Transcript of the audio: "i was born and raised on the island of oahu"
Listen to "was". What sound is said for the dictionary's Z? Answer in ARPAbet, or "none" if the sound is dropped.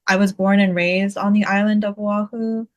Z